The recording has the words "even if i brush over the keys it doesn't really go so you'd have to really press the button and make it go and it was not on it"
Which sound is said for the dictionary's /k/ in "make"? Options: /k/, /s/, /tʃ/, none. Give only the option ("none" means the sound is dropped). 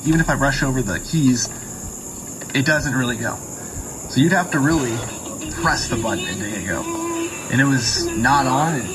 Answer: none